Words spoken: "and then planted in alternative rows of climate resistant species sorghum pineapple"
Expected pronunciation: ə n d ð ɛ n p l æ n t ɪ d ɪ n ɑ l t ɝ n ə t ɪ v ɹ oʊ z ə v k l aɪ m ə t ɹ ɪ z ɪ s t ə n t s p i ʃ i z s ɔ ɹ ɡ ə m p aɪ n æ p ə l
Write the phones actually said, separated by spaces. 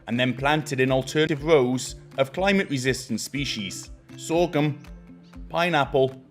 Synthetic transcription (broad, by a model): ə n ð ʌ n p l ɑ n t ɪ d ɪ n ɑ l t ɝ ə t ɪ v ɹ oʊ z ə v k l aɪ m ə t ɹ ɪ z ɪ s t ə n s p i ʃ i z s ɔ ɡ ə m p aɪ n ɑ p ə l